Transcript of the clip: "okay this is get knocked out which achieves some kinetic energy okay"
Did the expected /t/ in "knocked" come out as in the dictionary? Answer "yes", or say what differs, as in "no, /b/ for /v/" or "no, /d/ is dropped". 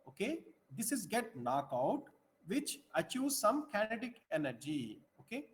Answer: no, /t/ is dropped